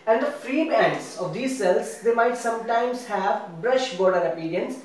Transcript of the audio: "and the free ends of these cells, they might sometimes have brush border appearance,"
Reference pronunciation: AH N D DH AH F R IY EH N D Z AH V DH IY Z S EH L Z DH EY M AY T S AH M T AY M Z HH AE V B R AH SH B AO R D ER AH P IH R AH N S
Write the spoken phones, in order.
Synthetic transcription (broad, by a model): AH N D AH F R IY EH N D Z AH V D IY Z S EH L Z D EY M AY T S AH M T AY M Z HH AE V B R AH SH B AO R D ER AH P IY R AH N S